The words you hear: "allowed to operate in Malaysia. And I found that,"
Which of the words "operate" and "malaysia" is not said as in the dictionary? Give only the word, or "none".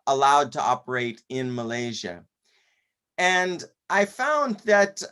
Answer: none